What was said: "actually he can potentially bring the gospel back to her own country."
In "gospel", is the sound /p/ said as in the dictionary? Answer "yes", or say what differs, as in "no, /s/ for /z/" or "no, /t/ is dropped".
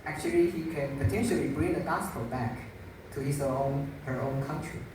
no, /f/ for /p/